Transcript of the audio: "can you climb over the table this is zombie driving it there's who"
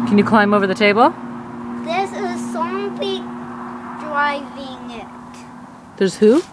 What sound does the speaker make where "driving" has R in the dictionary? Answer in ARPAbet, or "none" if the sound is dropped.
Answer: R